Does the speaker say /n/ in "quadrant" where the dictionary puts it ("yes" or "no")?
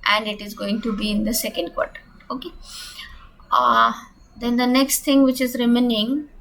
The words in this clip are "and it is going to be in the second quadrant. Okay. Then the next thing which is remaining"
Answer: no